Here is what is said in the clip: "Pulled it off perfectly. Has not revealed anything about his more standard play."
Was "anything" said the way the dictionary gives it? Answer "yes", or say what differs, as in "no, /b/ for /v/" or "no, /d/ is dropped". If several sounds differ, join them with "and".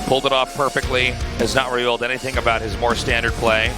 yes